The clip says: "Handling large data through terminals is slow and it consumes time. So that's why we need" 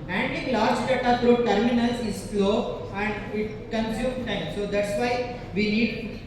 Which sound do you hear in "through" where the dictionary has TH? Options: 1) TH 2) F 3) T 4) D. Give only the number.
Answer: 3